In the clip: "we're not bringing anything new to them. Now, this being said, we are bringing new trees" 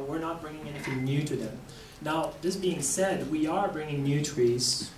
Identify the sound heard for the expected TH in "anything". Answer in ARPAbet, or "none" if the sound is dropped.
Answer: TH